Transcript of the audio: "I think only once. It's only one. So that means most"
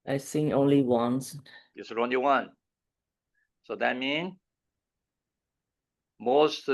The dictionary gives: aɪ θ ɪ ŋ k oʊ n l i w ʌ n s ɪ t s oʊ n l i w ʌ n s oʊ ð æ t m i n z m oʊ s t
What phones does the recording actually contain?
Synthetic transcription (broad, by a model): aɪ s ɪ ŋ oʊ n l i w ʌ n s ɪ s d oʊ n l i w ʌ n s oʊ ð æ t m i n m oʊ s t